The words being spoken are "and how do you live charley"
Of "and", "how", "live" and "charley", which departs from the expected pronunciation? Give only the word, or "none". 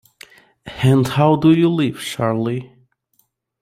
charley